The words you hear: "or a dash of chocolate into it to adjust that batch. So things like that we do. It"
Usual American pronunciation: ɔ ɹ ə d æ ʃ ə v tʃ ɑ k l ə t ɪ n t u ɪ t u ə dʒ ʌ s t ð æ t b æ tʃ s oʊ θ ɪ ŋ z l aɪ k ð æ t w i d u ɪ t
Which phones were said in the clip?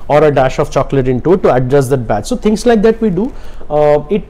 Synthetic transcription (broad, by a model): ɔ ɹ ə d æ ʃ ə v tʃ ɑ k l ə t ɪ n t u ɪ t u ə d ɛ s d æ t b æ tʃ s oʊ t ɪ ŋ s l aɪ k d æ t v i d u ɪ t